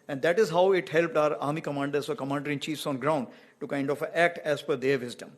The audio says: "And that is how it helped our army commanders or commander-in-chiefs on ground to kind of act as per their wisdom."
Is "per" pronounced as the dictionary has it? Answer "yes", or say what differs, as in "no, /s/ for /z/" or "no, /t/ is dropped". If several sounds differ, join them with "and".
no, /f/ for /p/